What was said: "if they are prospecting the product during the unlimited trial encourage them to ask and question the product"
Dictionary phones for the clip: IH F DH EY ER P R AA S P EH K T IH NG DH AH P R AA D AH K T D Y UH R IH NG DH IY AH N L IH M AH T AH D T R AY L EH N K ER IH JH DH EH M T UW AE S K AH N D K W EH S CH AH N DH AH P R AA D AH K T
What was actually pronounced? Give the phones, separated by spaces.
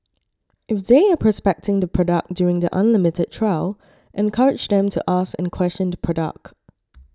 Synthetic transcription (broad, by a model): IH F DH EY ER P R AA S P EH K T IH NG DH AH P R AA D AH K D Y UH R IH NG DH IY AH N L IH M AH T AH D T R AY L EH N K ER IH JH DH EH M T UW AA S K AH N K W EH S CH AH N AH P R AA D AH K T